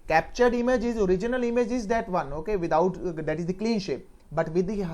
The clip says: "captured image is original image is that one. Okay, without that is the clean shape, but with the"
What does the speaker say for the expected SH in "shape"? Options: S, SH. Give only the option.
SH